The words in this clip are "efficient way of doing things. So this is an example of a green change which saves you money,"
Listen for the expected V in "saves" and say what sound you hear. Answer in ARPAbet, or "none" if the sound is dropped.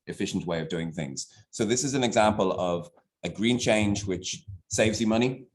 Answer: V